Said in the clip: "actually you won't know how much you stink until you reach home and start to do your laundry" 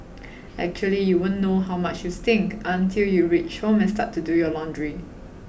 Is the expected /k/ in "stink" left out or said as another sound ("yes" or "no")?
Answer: no